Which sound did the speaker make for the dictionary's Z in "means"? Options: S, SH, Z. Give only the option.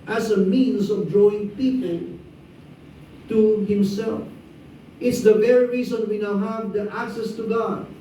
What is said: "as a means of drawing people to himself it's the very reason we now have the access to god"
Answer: S